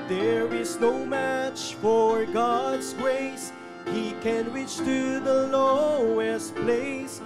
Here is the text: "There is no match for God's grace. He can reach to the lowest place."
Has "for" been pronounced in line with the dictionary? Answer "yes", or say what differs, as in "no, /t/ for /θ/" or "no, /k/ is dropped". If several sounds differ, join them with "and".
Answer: yes